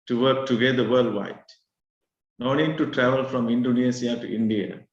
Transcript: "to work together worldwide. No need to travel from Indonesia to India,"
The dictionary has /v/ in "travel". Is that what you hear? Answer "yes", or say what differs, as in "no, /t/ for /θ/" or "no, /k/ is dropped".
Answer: yes